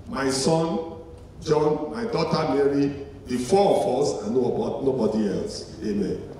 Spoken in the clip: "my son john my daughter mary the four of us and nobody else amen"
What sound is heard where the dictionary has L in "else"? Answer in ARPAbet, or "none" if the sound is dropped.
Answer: L